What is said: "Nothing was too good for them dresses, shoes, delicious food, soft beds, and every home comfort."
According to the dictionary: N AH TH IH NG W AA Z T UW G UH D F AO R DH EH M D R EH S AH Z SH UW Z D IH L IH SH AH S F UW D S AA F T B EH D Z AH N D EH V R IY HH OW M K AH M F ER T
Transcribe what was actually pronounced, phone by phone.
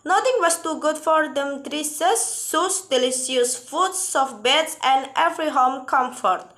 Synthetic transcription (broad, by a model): N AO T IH NG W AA S T UW G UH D F AO R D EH M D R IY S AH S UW S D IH L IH S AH S F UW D S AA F B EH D S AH N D EH V R IY HH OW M K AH M F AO T